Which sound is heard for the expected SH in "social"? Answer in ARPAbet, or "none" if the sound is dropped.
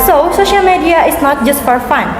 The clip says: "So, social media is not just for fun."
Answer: SH